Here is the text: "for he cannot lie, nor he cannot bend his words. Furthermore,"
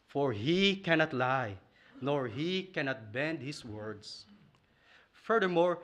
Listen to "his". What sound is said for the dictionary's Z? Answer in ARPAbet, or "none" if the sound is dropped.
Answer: S